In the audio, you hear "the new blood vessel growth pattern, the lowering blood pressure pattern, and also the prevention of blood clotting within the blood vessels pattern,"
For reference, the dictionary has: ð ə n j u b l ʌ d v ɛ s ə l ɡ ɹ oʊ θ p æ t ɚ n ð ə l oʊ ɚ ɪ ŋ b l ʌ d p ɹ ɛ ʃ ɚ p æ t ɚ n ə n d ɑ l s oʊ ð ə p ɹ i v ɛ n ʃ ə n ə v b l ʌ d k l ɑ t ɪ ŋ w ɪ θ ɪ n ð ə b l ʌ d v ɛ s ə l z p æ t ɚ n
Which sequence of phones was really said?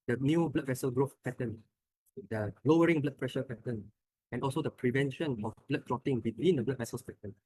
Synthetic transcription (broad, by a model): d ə n j u b l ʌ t v ɛ s ə l ɡ ɹ oʊ f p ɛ t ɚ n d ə l oʊ ɚ ɪ ŋ b l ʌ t p ɹ ɛ ʃ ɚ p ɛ t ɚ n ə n ɑ l s oʊ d ə p ɹ i v ɛ n ʃ ə n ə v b l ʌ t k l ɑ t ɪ ŋ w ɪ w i n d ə b l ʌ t v ɛ s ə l s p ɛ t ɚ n